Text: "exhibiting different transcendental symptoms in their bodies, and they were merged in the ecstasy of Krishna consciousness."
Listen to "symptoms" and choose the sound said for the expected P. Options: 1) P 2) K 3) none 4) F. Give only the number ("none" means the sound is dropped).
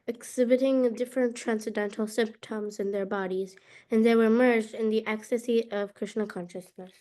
1